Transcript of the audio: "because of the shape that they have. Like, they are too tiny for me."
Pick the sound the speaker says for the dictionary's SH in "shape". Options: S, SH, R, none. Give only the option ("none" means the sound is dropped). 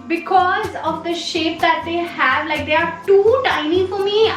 SH